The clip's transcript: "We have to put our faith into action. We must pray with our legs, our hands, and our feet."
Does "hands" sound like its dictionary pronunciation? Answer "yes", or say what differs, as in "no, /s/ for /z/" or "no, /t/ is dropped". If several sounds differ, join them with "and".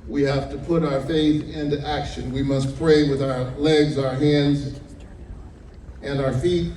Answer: yes